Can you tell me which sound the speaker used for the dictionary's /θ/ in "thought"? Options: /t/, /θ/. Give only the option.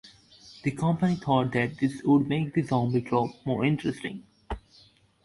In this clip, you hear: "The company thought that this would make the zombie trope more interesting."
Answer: /t/